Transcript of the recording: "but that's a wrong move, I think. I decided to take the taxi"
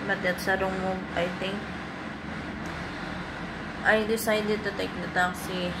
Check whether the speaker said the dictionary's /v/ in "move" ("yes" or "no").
no